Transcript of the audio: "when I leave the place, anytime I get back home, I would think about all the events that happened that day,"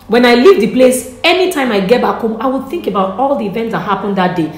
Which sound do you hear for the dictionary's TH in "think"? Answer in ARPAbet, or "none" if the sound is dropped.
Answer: TH